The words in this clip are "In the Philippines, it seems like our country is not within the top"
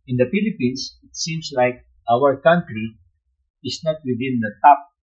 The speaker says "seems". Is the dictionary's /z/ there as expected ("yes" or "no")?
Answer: no